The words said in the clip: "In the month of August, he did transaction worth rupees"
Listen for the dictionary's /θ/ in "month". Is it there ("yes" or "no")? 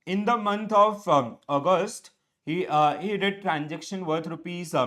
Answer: no